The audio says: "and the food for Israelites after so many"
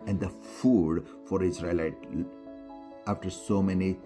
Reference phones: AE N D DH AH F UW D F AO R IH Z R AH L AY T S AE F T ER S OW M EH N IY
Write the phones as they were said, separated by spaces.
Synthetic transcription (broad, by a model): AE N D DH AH F UW D F AO R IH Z R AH L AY T AE F T ER S OW M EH N IY